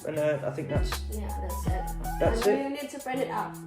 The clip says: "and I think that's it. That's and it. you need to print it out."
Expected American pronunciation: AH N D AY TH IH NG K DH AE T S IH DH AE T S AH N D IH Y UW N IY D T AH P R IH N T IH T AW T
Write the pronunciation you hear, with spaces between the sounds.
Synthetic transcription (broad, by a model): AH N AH AY TH IH NG K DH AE T S IH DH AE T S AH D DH IH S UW N IY D T AH B R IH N IH T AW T